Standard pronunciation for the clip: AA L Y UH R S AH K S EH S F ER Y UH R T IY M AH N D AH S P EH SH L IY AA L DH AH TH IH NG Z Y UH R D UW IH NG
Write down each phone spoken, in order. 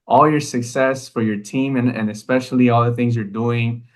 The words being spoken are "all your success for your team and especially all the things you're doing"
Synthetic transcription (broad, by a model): AA L Y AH R S AH K S EH S F ER Y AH R T IY M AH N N AH S P EH SH L IY AA L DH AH TH IH NG Z Y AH R D UW IH NG